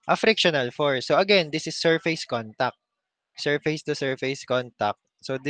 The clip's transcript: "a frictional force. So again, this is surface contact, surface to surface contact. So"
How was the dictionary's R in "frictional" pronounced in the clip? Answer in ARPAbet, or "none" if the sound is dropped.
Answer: R